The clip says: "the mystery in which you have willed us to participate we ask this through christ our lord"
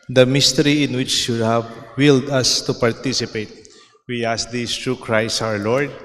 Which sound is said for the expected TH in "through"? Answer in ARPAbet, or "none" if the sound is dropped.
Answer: T